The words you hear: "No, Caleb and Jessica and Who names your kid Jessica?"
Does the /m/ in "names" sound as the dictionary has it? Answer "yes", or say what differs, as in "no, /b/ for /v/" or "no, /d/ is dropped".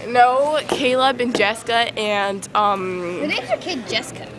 no, /m/ is dropped